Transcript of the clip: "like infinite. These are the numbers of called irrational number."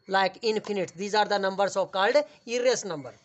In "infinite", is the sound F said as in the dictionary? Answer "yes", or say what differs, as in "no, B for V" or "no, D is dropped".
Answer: no, P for F